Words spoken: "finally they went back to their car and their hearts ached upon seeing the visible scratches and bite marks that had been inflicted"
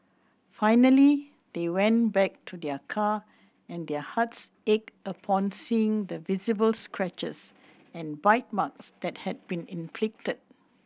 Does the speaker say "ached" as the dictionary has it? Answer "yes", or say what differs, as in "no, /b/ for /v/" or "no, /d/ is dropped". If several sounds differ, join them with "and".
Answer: no, /t/ is dropped